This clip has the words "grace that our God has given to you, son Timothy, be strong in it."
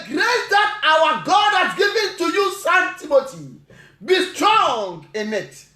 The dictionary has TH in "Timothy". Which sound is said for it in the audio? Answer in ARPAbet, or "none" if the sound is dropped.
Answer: T